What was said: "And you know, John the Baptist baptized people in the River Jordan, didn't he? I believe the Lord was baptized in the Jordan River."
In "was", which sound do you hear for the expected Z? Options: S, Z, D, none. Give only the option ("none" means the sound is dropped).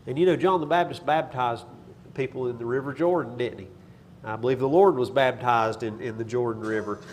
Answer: Z